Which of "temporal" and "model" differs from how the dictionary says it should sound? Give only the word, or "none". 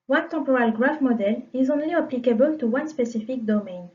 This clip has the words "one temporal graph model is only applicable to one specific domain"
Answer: temporal